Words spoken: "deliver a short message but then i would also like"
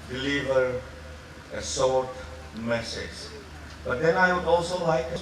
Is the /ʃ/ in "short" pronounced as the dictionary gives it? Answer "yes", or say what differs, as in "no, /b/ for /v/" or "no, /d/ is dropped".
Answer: no, /s/ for /ʃ/